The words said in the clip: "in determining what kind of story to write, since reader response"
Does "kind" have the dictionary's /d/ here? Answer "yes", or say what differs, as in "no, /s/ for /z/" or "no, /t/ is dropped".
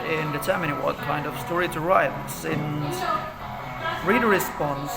yes